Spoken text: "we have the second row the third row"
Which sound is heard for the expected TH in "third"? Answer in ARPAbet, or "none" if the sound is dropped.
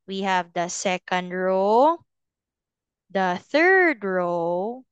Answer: TH